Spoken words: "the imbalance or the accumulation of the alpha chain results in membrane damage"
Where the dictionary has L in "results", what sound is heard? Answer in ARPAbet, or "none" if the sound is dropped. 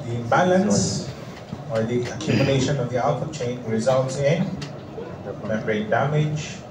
N